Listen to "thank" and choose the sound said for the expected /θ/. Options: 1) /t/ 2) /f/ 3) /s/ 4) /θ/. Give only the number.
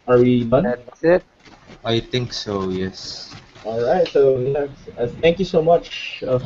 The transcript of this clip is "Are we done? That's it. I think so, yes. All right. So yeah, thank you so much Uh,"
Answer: 1